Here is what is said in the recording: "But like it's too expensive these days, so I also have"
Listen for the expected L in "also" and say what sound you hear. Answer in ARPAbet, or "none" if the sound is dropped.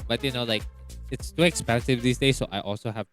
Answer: L